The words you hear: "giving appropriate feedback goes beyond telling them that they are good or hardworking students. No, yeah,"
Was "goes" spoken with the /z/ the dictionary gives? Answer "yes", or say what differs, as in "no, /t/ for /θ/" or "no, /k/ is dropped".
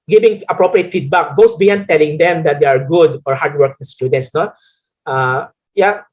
no, /s/ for /z/